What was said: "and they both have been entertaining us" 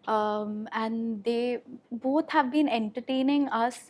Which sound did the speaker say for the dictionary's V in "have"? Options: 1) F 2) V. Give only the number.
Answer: 2